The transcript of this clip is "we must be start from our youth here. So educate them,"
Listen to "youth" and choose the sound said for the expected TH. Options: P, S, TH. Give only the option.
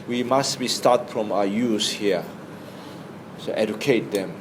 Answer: S